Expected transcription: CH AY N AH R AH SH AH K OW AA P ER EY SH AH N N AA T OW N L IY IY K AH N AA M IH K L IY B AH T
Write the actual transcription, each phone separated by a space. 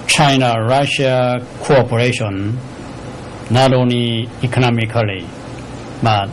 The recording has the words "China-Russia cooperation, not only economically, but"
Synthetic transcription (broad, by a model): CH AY N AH R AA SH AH K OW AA P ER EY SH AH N N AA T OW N IY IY K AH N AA M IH K L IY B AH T